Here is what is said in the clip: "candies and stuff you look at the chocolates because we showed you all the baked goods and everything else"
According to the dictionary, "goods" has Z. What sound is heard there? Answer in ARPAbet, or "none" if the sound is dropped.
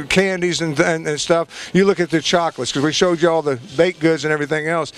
Z